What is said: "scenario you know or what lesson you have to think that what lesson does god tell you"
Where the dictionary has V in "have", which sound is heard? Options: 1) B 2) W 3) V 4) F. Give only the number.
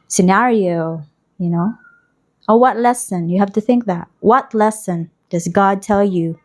4